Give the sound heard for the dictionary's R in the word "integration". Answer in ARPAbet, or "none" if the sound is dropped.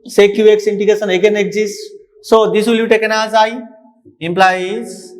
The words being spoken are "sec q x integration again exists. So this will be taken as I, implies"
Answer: none